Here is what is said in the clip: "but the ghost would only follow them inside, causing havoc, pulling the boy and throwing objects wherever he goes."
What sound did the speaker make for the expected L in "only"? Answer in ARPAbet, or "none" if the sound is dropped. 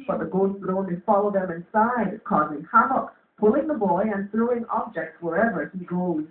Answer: none